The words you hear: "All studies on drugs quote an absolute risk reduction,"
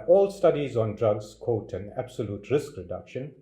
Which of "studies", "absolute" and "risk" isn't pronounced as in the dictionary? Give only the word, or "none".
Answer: none